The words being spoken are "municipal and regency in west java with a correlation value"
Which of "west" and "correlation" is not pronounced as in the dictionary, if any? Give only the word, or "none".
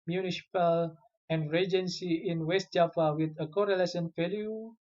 correlation